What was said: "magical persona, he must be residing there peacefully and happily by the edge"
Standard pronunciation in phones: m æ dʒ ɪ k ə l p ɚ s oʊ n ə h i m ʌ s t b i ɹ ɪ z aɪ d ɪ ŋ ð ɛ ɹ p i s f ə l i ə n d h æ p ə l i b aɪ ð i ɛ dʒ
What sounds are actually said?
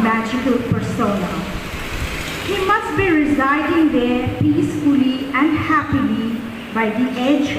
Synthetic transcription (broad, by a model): m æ dʒ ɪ k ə l p ɚ s oʊ n ə h i m ʌ s t b i ɹ ɪ z aɪ d ɪ ŋ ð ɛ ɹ p i s f ə l i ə n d h æ p ə l i b aɪ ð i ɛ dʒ